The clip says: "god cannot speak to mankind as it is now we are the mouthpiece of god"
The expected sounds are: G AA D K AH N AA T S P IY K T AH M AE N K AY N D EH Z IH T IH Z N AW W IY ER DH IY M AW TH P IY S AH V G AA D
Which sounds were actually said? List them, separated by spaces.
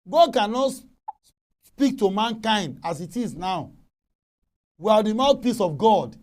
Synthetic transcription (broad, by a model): G AA D K AH N AA T S P IY K T AH M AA N K AY N D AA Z IH T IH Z N AW W IY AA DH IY M AW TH P IY S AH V G AA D